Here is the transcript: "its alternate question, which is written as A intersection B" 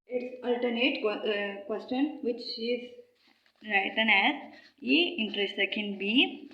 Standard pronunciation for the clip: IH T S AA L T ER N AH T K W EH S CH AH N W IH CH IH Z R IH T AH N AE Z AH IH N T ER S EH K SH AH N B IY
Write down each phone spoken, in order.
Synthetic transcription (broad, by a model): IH T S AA L T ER N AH T K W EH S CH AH N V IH CH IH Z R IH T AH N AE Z AH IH N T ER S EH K AH N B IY